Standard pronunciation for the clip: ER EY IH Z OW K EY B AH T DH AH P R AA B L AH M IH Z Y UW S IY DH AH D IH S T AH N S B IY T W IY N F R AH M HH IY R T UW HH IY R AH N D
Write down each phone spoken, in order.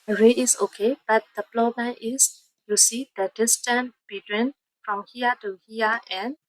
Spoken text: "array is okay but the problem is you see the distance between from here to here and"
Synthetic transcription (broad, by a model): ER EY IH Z OW K EY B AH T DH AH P L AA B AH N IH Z Y UW S IY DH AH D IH S T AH N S B IY T W IY N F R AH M HH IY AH T UW HH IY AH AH N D